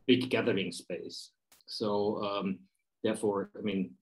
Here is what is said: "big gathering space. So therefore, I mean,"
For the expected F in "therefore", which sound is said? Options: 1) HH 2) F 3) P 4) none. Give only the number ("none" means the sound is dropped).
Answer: 2